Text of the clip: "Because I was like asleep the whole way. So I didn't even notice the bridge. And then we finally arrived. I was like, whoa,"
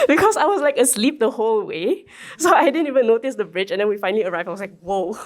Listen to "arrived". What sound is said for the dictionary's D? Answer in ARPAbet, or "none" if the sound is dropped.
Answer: none